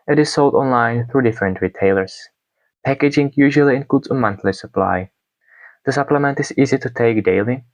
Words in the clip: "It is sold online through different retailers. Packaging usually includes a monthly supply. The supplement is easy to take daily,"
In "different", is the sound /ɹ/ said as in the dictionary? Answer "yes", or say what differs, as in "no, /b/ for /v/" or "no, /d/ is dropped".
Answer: yes